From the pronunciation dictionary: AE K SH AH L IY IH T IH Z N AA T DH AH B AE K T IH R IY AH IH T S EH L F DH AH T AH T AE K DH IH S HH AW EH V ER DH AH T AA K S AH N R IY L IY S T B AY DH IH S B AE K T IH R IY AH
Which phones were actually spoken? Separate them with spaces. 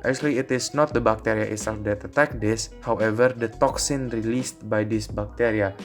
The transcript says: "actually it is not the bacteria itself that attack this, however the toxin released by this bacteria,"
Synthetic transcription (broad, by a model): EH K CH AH L IY IH T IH S N AA T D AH B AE K T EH R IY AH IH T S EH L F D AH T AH T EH K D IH S HH AW EH V ER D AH T AA K S AH N R IY L IY S T B AY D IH S B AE K T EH R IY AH